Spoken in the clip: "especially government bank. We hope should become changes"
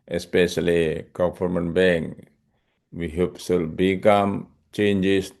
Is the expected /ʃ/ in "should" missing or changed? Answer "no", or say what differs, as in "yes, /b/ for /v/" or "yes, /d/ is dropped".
yes, /s/ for /ʃ/